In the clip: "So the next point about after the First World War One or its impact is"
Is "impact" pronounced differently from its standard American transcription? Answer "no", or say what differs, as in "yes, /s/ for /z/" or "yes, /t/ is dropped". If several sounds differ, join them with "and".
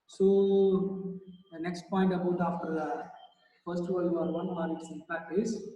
yes, /m/ is dropped